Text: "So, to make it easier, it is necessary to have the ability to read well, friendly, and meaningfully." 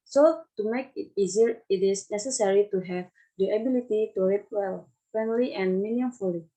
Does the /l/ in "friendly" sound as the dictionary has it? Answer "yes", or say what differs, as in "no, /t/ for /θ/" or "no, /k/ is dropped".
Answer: yes